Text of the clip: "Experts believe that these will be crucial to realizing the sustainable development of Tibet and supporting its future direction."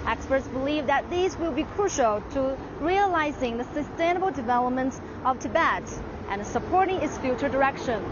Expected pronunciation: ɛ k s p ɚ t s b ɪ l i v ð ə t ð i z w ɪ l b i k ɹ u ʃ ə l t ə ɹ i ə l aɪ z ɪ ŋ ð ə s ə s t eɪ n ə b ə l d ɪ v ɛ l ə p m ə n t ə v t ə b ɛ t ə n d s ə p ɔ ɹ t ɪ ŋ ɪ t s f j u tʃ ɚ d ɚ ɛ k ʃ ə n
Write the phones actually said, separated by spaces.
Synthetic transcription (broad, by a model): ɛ k s p ɚ t s b ɪ l i v ð ə t ð i z w ɪ l b i k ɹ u ʃ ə l t ə ɹ i ə l aɪ z ɪ ŋ ð ə s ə s t eɪ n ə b l d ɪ v ɛ l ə p m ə n t ə v t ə b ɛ t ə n s ə p ɔ ɹ t ɪ ŋ ɪ t s f j u tʃ ɚ d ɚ ɛ k ʃ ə n